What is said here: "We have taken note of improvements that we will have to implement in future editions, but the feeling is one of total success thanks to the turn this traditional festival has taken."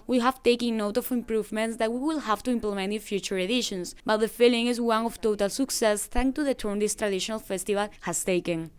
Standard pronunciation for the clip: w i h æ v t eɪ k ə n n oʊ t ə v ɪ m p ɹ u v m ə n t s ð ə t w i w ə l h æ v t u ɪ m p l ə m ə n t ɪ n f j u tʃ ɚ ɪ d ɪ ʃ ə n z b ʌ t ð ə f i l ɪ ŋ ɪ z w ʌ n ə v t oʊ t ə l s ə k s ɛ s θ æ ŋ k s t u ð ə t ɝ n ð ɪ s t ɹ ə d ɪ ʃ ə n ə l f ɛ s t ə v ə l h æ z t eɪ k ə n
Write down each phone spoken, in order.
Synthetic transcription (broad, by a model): w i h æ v t eɪ k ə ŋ n oʊ t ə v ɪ m p ɹ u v m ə n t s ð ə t w i w ə l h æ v t u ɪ m p l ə m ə n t ɪ n f j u tʃ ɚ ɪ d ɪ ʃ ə n s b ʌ t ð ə f i l ɪ ŋ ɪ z w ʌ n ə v t oʊ t ə l s ə k s ɛ s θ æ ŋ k t u ð ə t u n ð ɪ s t ɹ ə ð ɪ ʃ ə n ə l f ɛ s t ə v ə l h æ s t eɪ k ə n